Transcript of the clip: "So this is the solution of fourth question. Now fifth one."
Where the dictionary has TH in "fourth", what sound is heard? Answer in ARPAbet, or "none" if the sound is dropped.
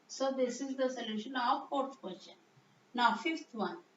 T